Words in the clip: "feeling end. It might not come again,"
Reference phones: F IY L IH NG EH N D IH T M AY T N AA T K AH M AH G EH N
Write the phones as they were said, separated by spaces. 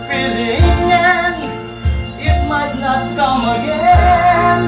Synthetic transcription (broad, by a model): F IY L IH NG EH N IH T M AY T N AA T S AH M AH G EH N